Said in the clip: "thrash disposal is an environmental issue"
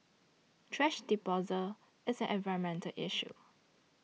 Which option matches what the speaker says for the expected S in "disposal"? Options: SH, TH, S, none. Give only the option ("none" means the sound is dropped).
none